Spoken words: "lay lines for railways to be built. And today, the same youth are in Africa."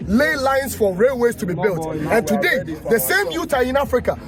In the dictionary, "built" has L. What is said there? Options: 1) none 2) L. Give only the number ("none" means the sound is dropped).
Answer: 2